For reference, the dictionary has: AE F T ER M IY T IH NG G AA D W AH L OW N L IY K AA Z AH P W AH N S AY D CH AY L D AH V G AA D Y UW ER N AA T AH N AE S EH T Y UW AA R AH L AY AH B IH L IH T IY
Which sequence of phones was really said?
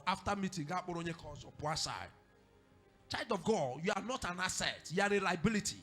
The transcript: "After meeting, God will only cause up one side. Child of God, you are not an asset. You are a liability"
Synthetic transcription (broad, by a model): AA F T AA M IY T IH NG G AA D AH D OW N IY K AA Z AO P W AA S AY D CH AY L D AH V G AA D Y UW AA N AA T AH N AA S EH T Y UW AA R AH L AY B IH L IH T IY